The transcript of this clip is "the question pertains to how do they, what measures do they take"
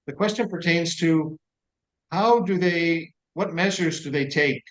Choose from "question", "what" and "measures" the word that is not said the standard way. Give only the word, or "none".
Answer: none